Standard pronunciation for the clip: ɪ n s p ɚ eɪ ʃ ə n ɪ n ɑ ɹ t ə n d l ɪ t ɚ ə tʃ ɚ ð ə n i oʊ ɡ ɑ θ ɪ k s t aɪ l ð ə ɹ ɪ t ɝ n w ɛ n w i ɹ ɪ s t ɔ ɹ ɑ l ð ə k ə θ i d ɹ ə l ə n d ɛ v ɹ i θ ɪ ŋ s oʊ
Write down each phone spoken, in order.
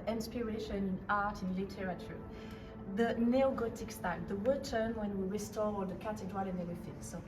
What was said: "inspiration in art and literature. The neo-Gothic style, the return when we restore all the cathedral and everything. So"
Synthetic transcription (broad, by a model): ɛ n s p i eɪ ʃ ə n ɪ n ɑ ɹ t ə n l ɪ t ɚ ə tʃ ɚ ð ə n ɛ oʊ ɡ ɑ t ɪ k s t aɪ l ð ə w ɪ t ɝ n w ɛ n w i ɹ ɪ s t ɔ ɹ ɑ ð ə k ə t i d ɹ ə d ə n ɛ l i f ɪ s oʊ